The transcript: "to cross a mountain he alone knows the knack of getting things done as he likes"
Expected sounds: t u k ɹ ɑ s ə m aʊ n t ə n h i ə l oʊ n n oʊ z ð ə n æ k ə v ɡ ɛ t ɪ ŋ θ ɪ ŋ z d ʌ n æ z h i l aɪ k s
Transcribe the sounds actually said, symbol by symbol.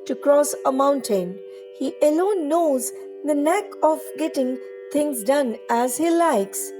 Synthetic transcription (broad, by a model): t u k ɹ ɑ s ə m aʊ n t ə n h i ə l oʊ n n oʊ z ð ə n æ k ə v ɡ ɛ t ɪ ŋ t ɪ ŋ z d ʌ n æ z h i l aɪ k s